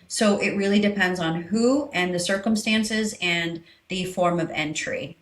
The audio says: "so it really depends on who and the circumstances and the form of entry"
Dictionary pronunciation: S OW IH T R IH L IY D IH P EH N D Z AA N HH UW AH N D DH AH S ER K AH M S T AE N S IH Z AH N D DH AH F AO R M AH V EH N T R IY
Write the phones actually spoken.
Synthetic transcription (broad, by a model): S OW IH T R IH L IY D IH P EH N D Z N HH UW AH N DH AH S ER K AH M S T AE N S IH Z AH N DH AH F AO R M AH V EH N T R IY